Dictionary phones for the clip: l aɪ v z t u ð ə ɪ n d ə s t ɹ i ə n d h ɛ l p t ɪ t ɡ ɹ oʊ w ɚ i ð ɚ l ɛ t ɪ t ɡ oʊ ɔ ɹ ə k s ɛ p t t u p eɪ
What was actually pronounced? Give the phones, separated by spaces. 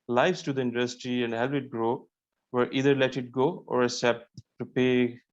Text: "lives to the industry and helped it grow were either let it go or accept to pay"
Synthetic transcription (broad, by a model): l aɪ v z t u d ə ɪ n d ə s t ɹ i ə n d h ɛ l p ɪ t ɡ ɹ oʊ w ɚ i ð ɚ l ɛ t ɪ t ɡ oʊ ɔ ɹ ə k s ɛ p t t u p eɪ